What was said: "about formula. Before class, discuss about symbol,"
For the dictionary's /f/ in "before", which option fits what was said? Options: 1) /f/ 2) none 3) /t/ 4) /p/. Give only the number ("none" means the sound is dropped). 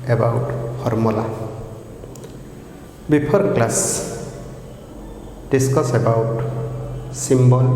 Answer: 4